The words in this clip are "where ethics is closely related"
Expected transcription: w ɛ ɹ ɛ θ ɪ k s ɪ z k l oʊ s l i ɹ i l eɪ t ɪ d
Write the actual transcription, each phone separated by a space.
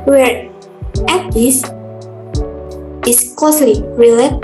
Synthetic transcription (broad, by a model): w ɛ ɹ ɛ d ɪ s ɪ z k l oʊ s l i ɹ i l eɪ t